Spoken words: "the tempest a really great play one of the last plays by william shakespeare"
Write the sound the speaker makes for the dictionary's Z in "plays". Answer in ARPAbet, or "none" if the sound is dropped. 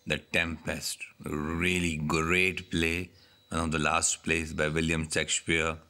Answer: S